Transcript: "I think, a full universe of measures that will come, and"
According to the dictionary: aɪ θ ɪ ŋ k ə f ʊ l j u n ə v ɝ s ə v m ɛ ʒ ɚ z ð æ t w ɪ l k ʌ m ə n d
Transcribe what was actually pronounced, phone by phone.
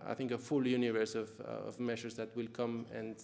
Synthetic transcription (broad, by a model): aɪ θ ɪ ŋ k ə f ʊ l j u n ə v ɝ s ə v m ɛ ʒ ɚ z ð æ t w ɪ l k ʌ m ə n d